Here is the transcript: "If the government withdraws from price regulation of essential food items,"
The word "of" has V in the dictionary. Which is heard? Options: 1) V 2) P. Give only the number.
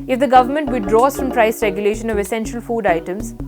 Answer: 1